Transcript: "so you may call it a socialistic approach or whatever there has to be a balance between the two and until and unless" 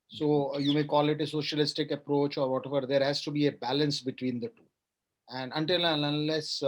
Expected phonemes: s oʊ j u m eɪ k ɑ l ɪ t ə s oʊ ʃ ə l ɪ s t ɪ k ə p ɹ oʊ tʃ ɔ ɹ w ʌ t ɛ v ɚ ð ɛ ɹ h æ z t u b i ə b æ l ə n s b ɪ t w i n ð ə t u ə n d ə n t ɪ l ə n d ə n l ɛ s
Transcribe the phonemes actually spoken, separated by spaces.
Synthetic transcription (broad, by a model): s oʊ j u m eɪ k ɑ l ɪ t ə s oʊ ʃ ə l ɪ s t ɪ k ə p ɹ oʊ tʃ ɔ ɹ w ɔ t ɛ v ɚ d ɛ ɹ h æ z t u b i ə b æ l ə n s b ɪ t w i n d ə t u ə n d ə n t ɪ l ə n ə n l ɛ s